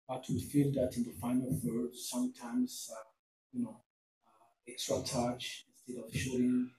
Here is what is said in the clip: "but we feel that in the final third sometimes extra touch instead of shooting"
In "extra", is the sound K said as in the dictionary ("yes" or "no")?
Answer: yes